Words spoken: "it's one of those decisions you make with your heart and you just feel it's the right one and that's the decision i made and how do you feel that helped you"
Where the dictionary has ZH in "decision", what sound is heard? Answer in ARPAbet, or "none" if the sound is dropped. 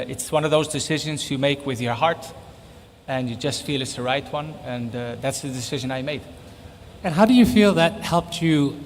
ZH